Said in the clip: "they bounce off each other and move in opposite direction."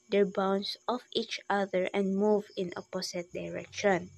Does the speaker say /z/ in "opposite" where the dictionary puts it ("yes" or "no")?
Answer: no